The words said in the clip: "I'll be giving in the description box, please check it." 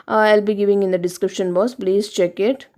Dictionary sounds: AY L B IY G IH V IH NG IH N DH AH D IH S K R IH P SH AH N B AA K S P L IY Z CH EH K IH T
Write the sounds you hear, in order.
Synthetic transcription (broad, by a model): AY L B IY G IH V IH NG IH N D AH D IH S K R IH P SH AH N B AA S P L IY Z CH EH K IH T